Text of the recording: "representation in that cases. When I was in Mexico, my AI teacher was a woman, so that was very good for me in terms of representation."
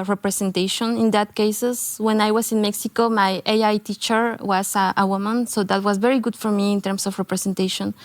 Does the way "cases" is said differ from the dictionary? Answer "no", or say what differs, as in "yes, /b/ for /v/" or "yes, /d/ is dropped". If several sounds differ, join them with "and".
yes, /s/ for /z/